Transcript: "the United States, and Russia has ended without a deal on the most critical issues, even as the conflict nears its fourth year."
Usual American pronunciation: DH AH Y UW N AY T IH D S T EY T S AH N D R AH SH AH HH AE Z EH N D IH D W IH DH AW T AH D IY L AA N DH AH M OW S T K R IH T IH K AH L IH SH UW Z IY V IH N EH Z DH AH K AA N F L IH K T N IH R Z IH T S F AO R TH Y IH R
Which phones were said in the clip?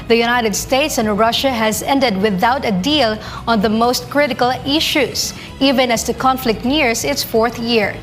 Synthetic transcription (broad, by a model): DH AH Y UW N AY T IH D S T EY T S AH N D R AH SH AH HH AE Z EH N D IH D W IH DH AW T AH D IY L AA N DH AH M OW S T K R IH T IH K AH L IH SH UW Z IY V IH N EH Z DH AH K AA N F L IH K T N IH R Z IH T S F AO R TH Y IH R